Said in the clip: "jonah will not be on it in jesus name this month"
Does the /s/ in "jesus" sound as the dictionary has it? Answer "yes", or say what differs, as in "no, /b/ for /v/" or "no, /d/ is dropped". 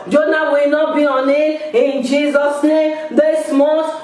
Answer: yes